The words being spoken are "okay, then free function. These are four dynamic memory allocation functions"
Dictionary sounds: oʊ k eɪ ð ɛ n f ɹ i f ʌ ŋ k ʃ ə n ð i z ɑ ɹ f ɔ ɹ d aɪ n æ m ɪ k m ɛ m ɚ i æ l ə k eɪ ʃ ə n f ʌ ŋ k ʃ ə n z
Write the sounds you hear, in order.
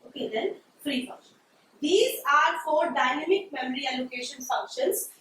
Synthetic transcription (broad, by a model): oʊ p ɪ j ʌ n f ɹ i p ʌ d i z ɑ ɹ f ɔ ɹ d aɪ n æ m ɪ k m ɛ m ɚ i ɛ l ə k eɪ ʃ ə n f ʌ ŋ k ʃ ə n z